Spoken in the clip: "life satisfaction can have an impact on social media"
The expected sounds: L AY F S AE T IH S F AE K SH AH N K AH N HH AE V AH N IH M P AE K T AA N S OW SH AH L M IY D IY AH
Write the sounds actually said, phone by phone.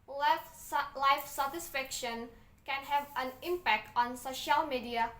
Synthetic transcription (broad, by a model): L AY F S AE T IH S F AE K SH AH N K AH N HH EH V AH N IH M P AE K T AA N S OW SH AH L M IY D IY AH